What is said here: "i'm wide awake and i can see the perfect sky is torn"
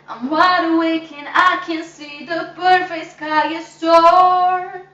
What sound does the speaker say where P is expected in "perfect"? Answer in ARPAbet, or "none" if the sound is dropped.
B